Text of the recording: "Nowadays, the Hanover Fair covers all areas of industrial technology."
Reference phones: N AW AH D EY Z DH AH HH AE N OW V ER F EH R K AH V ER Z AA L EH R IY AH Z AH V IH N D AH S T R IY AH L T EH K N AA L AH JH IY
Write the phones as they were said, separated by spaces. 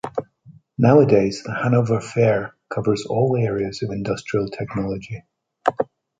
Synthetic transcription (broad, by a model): N AW AH D EY Z DH AH HH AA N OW V ER F EH R K AH V ER Z AA L EH R IY AH Z AH V IH N D AH S T R IY AH L T EH K N AA L AH JH IY